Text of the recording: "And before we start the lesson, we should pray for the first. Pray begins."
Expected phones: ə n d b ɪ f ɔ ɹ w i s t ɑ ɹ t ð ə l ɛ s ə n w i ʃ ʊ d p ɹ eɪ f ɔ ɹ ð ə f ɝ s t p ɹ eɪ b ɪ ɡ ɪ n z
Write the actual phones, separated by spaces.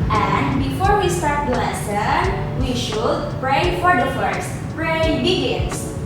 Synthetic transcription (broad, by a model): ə n d b ɪ f ɔ ɹ w i s t ɑ ɹ t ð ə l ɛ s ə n w i ʃ ʊ d p ɹ eɪ f ɔ ɹ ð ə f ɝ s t p ɹ eɪ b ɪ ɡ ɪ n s